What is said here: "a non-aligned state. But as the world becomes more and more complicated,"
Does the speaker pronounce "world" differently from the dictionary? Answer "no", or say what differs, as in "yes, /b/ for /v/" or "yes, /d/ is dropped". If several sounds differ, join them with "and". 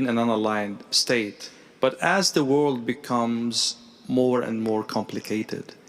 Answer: no